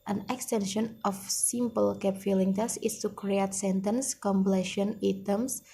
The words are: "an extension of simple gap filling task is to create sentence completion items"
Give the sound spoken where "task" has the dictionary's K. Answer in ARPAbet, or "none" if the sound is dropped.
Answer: none